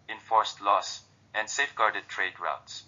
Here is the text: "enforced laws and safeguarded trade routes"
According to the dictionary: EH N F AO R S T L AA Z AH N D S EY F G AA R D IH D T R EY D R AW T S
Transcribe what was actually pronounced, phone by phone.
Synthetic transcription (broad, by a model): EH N F AO R S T L AA S AH N D S EY F G AA R D IH D T R EY D R AW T S